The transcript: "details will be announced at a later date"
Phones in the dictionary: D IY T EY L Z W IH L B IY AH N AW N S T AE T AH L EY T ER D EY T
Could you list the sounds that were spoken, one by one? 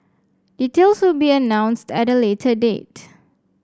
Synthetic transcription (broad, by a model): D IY T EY L S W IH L B IY AH N AW N S T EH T AH L EY T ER D EY T